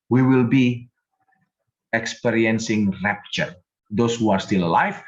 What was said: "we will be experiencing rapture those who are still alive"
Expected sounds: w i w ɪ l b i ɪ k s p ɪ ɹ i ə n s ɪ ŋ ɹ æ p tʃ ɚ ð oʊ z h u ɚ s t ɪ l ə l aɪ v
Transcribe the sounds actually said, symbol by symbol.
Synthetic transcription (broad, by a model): w i w ɪ l b i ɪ k s p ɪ ɹ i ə n s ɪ ŋ ɹ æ p tʃ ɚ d oʊ s h u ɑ s t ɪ l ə l aɪ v